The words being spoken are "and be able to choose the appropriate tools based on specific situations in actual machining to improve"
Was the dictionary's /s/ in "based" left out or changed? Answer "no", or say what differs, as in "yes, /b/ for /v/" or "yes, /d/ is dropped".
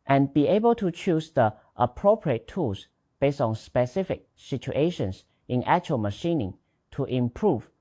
no